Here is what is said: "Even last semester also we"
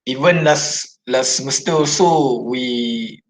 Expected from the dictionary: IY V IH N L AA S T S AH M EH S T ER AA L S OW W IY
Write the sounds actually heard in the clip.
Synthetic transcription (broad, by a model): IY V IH N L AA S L S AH M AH S T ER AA S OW W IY